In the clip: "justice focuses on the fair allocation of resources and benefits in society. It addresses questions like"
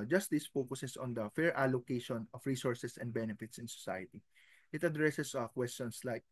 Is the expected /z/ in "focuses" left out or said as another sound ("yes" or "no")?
yes